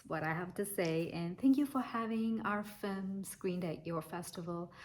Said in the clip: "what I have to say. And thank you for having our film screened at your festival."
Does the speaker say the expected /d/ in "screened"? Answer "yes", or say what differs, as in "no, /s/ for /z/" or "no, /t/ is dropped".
yes